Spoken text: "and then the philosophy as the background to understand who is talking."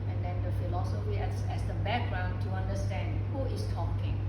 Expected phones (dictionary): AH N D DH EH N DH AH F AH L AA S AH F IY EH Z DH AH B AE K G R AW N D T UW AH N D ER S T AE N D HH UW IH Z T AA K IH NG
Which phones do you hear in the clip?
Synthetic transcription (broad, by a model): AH N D EH N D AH F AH L AA S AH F IY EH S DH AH B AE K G R AW N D T UW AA N D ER S T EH N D HH UW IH S T AA K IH NG